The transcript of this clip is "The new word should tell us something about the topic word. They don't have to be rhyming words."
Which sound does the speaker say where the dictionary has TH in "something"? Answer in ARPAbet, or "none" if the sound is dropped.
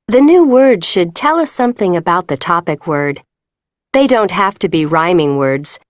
TH